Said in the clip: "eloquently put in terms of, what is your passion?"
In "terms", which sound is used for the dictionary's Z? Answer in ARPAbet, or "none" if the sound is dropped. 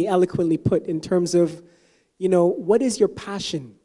Z